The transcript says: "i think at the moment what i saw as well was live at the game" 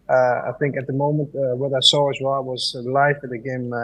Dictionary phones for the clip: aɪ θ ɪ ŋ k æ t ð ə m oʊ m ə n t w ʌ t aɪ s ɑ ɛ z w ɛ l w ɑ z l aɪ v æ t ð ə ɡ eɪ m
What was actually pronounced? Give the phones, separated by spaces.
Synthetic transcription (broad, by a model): aɪ θ ɪ ŋ k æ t ð ə m oʊ m ə n t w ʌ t aɪ s ɑ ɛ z w ɛ l w ɑ z l aɪ f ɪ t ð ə ɡ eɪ m